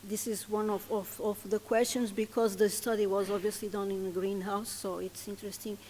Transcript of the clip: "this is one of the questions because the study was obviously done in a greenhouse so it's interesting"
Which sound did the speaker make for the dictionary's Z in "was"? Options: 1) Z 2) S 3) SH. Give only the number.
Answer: 1